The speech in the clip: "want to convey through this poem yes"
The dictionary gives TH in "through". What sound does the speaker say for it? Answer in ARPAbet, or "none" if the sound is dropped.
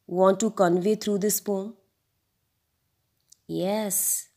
T